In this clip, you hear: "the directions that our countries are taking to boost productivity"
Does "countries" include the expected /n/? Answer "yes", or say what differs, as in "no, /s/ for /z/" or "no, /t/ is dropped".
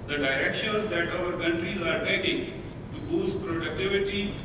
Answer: yes